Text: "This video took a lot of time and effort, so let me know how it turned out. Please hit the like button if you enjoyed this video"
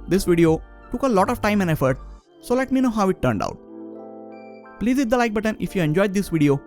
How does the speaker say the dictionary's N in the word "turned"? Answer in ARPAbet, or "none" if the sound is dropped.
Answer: N